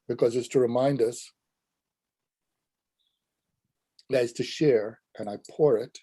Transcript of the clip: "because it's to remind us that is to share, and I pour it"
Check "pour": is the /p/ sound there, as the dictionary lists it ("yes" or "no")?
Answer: yes